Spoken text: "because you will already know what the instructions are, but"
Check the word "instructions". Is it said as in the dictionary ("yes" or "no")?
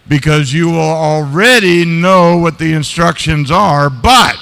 yes